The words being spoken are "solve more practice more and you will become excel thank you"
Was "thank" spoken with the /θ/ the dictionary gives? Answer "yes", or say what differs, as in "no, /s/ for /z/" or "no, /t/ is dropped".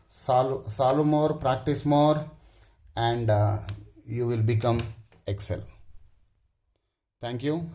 no, /t/ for /θ/